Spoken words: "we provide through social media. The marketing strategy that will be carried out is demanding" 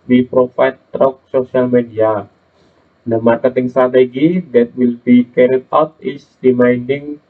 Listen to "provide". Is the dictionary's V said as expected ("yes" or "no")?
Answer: no